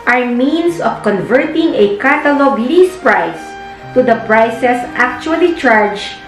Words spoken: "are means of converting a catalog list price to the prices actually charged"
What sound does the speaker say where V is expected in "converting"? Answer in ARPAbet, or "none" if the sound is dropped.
V